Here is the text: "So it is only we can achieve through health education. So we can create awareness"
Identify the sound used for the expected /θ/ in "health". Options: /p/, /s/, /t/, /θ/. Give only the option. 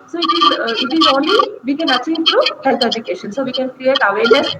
/t/